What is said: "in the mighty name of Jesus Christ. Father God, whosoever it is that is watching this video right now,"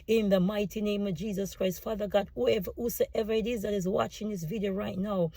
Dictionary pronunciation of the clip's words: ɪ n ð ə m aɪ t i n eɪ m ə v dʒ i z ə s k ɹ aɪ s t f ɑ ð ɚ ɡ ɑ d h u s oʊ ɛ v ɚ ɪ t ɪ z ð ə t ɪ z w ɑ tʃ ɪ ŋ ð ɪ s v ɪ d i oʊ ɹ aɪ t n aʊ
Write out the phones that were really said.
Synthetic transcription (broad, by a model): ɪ n ð ə m aɪ t i n eɪ m ə v dʒ i z ə s k ɹ aɪ s t f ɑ ð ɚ ɡ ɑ d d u s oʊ ɛ v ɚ ɪ t ɪ z ð ə t ɪ z w ɑ tʃ ɪ ŋ ð ɪ s v ɪ d i oʊ ɹ aɪ t n aʊ